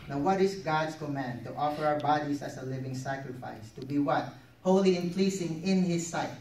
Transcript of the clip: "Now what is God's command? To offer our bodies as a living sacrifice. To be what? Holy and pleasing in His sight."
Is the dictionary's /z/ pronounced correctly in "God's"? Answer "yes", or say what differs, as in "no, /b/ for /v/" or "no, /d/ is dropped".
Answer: no, /s/ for /z/